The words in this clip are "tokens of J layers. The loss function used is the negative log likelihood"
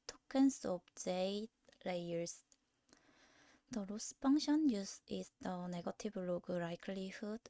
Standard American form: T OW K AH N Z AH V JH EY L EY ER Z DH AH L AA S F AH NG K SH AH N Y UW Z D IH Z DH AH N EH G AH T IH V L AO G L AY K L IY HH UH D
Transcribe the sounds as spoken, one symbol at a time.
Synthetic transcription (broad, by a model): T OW K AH N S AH B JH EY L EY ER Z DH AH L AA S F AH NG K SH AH N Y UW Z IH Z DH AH N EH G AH T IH B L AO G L AY K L IY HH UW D